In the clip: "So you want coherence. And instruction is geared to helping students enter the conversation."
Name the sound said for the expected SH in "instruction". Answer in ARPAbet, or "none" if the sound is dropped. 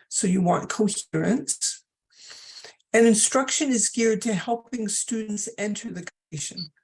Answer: SH